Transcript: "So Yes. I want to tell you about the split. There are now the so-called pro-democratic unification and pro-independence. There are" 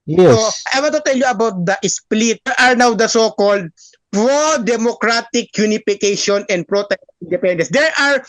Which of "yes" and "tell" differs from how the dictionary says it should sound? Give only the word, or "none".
yes